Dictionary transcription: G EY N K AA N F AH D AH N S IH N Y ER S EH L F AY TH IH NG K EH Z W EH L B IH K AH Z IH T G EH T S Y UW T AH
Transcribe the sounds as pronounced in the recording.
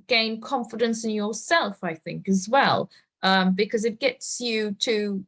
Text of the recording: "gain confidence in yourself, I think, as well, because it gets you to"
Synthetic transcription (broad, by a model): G EY N K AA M F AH D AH N S IH N Y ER S EH L F AY TH IH NG K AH Z W EH L B IH K AH Z IH T G EH T S Y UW T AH